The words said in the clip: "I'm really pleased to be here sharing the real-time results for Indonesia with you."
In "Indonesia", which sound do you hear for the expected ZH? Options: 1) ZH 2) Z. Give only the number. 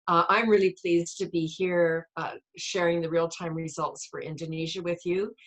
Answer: 1